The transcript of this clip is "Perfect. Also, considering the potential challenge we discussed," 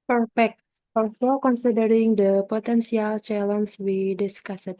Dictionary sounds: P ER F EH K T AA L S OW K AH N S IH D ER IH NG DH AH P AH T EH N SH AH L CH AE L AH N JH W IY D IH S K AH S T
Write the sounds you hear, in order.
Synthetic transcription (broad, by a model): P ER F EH K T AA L S OW K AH N S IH D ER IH NG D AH P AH T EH N S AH L CH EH L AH N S W IY D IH S K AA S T